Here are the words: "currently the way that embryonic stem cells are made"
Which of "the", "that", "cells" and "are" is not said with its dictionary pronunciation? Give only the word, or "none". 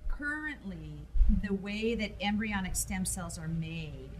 none